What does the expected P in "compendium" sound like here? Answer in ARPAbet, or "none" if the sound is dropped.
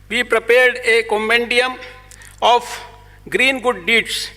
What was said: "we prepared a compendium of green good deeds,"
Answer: none